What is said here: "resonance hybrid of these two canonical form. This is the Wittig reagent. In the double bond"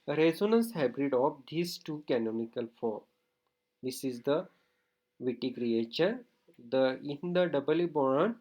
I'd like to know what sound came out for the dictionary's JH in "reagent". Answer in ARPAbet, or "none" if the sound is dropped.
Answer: CH